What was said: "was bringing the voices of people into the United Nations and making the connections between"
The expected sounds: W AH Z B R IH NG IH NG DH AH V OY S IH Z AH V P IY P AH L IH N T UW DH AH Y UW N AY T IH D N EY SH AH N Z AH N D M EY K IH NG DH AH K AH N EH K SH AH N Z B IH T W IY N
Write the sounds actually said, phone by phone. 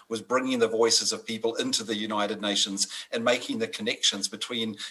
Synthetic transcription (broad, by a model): W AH Z B R IH NG IH NG DH AH V OY S IH Z AH V P IY P AH L IH N T UW DH AH Y UW N AY T IH D N EY SH AH N Z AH N M EY K IH NG DH AH K AH N EH K SH AH N Z B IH T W IY N